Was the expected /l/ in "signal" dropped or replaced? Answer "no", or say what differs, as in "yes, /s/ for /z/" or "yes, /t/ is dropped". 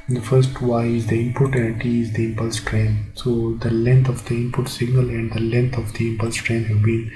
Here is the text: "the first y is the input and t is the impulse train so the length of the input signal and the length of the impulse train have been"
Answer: no